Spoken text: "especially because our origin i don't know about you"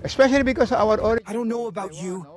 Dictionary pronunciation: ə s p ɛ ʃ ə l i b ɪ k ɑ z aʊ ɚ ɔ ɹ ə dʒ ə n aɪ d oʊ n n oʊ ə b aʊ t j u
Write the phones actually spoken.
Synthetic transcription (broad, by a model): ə s p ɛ ʃ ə l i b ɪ k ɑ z aʊ ɚ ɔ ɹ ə ə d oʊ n n oʊ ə b aʊ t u